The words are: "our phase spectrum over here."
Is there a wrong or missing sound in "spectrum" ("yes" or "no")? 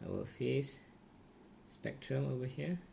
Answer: no